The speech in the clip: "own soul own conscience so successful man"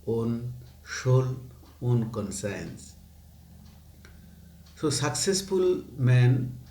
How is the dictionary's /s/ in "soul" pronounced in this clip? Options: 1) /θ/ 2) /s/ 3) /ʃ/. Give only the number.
3